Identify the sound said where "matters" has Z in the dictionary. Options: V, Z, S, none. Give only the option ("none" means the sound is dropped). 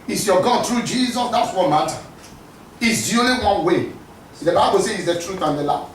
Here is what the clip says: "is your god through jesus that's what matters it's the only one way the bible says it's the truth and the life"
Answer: none